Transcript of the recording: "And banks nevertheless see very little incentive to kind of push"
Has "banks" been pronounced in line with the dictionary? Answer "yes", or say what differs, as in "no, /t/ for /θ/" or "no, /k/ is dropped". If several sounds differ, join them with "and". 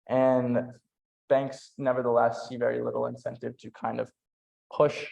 yes